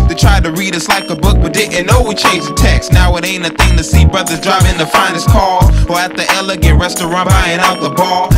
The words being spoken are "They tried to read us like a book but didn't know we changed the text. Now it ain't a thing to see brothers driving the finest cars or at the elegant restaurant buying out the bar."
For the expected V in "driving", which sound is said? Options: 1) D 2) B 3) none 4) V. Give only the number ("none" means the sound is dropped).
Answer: 2